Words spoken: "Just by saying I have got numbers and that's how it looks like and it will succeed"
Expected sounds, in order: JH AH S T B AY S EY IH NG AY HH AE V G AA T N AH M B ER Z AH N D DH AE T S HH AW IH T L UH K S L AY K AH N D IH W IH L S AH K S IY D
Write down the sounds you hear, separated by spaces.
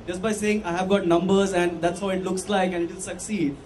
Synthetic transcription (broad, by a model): JH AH S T B AY S EY IH NG AY HH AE V G AA T N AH M B ER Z AH N D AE T S HH AW IH T L UH K S L AY K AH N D IH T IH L S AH K S IY D